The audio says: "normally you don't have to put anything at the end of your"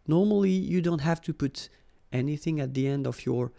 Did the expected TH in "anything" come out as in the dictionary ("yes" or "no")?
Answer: yes